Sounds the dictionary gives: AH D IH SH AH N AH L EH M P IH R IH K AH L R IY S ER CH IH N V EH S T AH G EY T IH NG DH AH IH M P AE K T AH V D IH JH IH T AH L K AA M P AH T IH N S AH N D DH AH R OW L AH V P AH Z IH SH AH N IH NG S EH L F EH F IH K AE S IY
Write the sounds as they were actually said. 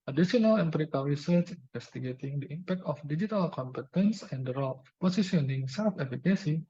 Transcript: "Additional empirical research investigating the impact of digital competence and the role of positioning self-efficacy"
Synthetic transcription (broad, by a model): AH D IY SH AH N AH L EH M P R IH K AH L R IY S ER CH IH N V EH S T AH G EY T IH NG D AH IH M P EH K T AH F D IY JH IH T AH L K AA M P AH T IH N S AH N D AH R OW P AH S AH S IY AH N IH NG S EH L F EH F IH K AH S IY